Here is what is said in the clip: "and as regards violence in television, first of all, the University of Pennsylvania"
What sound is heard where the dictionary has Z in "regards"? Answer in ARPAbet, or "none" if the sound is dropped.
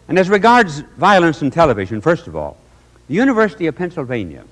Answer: Z